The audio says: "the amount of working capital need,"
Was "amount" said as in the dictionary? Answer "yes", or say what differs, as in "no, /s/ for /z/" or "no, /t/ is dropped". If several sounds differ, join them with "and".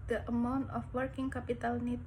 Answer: yes